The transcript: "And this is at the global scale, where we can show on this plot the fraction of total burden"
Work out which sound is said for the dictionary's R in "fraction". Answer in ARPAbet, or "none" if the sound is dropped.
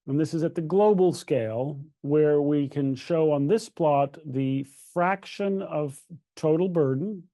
R